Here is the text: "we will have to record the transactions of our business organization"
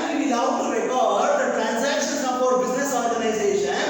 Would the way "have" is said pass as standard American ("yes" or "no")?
no